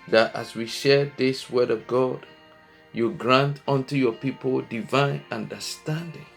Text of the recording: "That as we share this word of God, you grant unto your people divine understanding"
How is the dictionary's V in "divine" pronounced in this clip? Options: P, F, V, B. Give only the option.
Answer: V